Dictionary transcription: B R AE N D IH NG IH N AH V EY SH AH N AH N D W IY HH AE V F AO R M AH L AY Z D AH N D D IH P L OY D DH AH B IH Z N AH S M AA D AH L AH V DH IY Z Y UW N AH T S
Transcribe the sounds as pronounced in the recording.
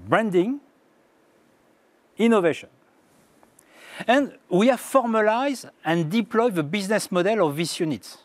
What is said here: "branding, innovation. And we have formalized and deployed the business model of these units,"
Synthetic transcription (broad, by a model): B R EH N D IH NG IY N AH V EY SH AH N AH N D W IY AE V F AO R M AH L AY Z AH N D D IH P L OY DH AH B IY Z N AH S M AA D AH L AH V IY S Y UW N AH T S